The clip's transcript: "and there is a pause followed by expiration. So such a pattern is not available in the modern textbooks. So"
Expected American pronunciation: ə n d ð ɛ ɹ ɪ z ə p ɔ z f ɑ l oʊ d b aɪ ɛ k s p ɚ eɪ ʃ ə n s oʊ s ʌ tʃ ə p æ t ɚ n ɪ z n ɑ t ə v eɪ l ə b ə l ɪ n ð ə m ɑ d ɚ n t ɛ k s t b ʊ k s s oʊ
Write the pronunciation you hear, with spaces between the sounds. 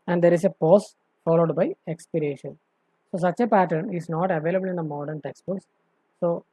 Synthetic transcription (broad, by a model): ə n d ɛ ɹ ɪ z ə p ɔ s f ɑ l oʊ d b aɪ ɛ k s p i eɪ ʃ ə n s oʊ s ʌ tʃ ə p æ t ɚ n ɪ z n ɑ t ə v eɪ l ə b ə l ɪ n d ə m ɑ d ɚ n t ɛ k s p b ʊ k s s oʊ